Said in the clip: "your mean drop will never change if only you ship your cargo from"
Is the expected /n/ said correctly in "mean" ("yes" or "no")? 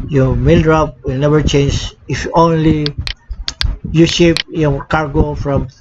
no